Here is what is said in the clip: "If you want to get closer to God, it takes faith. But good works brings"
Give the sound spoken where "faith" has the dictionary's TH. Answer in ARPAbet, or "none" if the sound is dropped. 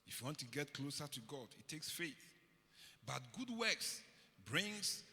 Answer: TH